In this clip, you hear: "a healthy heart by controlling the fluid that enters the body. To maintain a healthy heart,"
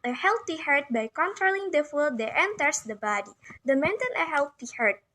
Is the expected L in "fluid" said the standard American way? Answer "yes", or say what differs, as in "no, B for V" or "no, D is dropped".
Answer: no, L is dropped